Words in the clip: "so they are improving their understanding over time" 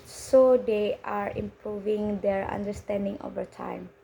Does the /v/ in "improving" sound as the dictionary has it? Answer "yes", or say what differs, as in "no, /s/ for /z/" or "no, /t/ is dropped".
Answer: yes